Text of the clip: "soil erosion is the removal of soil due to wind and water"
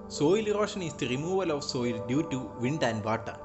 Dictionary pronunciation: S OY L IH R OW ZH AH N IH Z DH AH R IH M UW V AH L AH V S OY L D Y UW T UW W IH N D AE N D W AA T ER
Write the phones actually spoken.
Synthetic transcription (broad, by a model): S OY L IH R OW SH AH N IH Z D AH R IH M UW V AH L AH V S OY L D Y UW T UW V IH N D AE N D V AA T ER